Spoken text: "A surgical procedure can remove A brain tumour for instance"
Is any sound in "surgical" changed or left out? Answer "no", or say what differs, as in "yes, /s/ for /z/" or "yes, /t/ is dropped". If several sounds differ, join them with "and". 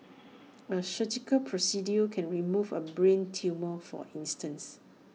yes, /ʃ/ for /s/